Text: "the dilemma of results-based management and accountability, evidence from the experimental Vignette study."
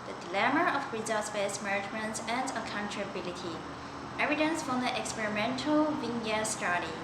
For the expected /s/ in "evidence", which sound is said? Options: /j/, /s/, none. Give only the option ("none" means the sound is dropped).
/s/